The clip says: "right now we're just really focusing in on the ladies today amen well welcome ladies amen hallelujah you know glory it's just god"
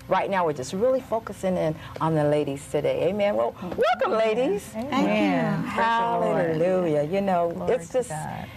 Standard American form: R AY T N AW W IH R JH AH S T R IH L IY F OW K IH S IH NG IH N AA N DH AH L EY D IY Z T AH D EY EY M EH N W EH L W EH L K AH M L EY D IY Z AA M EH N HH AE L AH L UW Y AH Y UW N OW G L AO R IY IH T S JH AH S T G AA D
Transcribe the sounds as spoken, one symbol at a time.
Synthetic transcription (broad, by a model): R AY T N AW W IH R JH AH S T R IH L IY F OW K IH S IH NG IH N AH N DH AH L EY D IY Z T AH D EY EY M EH N W EH L W EH L K AH M L EY D IY Z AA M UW HH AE L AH L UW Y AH Y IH N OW AO IY IH T S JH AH S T